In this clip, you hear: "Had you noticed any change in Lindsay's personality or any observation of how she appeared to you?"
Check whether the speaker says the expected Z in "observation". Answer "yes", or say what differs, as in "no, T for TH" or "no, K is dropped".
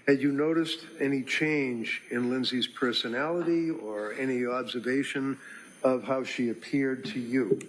yes